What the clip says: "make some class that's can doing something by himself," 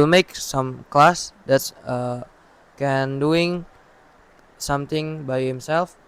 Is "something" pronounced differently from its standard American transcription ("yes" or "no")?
yes